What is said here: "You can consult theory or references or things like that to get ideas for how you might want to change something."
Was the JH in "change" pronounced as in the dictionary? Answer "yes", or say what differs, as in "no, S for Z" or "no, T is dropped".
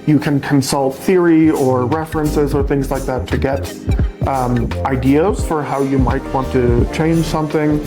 no, ZH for JH